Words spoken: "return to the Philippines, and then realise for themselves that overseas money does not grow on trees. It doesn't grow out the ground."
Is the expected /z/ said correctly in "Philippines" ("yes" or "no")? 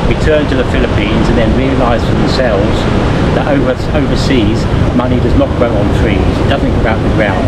yes